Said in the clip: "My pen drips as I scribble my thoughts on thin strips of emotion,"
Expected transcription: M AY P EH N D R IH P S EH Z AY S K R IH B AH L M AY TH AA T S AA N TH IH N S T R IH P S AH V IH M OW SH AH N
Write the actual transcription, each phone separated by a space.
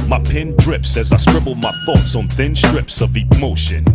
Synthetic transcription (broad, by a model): M AY P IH N D R IH P S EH Z AY S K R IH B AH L M AY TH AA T S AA N TH IH N S T R IH P S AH V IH M OW SH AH N